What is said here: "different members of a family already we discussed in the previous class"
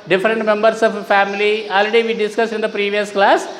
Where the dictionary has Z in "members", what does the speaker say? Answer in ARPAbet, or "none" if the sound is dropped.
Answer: S